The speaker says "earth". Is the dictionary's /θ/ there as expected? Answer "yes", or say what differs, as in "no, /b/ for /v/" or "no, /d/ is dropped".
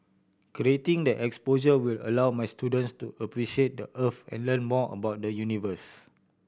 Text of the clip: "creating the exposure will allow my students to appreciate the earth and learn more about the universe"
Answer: no, /f/ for /θ/